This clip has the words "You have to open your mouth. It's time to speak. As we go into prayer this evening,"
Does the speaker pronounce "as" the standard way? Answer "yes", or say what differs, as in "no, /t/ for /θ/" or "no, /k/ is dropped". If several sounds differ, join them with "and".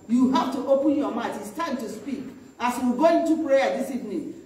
no, /s/ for /z/